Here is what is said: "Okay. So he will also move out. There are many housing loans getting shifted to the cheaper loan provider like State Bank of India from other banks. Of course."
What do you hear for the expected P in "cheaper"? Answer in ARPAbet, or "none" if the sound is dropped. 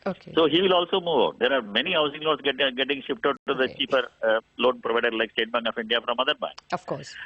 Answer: F